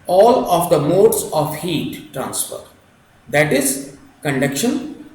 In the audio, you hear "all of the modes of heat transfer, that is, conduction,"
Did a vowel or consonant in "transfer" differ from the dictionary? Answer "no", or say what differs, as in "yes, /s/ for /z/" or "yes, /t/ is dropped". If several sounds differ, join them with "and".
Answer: no